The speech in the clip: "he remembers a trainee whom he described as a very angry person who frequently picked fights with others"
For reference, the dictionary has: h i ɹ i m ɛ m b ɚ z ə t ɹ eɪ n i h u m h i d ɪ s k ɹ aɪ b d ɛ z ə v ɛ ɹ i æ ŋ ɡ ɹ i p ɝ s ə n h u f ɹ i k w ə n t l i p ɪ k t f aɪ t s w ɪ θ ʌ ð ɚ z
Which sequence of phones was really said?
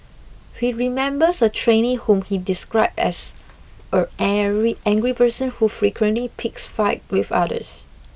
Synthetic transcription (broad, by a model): h i ɹ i m ɛ m b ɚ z ə t ɹ eɪ n i h u m h i d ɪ s k ɹ aɪ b ɛ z ə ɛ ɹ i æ ŋ ɡ ɹ i p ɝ s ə n h u f ɹ i k w ə n t l i p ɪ k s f aɪ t w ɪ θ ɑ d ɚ s